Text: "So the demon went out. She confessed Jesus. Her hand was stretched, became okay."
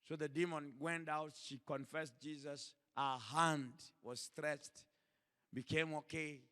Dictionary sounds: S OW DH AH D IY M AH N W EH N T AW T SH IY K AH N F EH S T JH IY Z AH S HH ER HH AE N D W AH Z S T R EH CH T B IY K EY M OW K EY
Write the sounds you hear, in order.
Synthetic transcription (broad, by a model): S OW DH AH D IY M AH N W EH N T AW T SH IY K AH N F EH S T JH IY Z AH S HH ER HH AE N D W AH Z S T R EH CH T B IY K EY M OW K EY